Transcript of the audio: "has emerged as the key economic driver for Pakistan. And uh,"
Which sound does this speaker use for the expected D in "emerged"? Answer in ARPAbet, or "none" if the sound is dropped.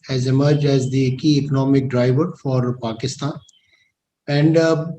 D